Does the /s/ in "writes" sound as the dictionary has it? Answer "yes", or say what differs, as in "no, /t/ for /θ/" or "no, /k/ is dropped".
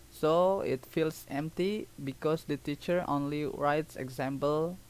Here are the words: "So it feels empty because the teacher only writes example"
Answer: yes